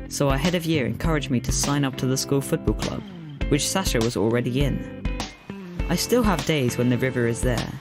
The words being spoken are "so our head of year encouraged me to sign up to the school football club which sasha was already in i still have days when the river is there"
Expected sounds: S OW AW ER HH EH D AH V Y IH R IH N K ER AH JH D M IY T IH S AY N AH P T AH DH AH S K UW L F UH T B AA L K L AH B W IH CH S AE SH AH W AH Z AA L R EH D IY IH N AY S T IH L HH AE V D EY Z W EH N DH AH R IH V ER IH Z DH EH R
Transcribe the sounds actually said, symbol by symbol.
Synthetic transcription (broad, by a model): S OW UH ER HH EH D AH V Y IH R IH N K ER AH JH M IY T IH S AY N AH P T AH DH AH S K UW L F UH T B AA L K L AH B W IH CH S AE SH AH W AH Z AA L R EH D IY IH N AY S T IH L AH V D EY Z W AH N DH AH R IH V ER IH Z DH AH R